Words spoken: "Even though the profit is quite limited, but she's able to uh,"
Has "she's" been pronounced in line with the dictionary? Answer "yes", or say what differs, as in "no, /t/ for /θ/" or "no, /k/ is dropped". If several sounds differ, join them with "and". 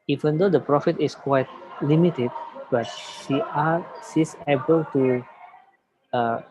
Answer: no, /s/ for /ʃ/ and /s/ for /z/